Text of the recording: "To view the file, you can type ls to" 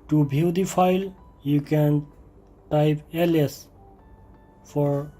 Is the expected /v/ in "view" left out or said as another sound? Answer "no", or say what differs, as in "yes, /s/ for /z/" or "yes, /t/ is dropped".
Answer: yes, /b/ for /v/